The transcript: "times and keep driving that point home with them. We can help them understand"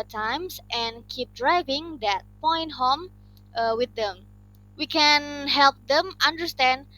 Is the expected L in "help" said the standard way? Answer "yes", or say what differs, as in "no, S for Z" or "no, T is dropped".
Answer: yes